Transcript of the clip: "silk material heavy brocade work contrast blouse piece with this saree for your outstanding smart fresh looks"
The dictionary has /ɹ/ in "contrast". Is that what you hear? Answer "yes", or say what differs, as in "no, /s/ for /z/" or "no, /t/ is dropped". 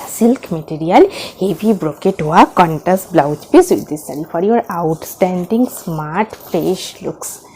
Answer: no, /ɹ/ is dropped